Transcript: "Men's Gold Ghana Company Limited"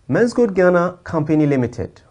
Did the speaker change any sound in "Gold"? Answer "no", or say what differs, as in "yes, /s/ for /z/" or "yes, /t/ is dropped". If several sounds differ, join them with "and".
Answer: yes, /l/ is dropped